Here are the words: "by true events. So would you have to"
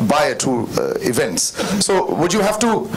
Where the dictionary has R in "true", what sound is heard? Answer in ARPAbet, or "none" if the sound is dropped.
none